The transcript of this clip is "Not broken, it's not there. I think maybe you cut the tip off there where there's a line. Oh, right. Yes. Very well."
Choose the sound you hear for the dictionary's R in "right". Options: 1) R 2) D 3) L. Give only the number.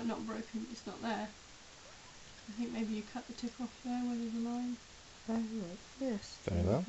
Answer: 3